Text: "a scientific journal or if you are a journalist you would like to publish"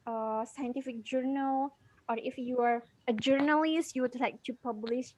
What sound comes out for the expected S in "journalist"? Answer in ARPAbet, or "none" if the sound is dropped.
S